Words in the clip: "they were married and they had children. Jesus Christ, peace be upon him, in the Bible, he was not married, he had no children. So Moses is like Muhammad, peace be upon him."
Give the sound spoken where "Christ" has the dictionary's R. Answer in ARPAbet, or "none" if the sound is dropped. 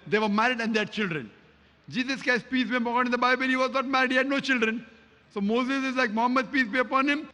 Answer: none